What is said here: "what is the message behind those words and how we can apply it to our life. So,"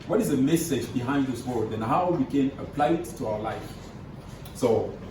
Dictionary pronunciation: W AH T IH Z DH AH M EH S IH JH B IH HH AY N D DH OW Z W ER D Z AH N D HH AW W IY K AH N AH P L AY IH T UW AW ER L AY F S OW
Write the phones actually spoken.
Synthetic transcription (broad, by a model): W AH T IH Z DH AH M EH S IH JH B IH HH AY N D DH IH S W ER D AH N HH AW W IY K AH N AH P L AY IH T UW AW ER L AY F S OW